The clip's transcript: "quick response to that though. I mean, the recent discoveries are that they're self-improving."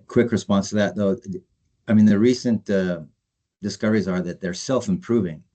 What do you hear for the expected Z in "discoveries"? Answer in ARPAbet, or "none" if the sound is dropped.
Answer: Z